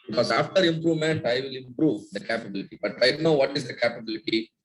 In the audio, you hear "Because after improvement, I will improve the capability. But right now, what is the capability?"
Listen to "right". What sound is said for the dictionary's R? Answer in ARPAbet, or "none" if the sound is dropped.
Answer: L